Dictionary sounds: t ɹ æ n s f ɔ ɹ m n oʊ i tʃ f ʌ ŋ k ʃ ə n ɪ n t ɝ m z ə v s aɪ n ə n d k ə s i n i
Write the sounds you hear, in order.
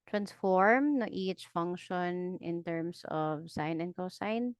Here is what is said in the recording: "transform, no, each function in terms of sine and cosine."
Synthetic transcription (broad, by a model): t ɹ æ n s f ɔ ɹ m n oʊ i tʃ f ʌ ŋ k ʃ ə n ɪ n t ɝ m s ə v s aɪ n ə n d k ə s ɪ n